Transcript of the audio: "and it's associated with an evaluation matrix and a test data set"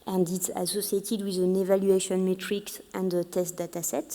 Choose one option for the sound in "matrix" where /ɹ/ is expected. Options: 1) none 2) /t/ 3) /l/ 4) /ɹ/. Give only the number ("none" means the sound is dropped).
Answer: 4